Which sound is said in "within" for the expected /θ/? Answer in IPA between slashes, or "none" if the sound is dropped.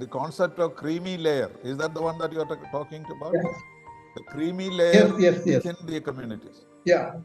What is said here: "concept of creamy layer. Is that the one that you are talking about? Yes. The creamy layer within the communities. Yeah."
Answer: /s/